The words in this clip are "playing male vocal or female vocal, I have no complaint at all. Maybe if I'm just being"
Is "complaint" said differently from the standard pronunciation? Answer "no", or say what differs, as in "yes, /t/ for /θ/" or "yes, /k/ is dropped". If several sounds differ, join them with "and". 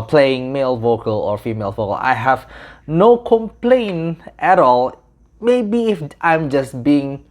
no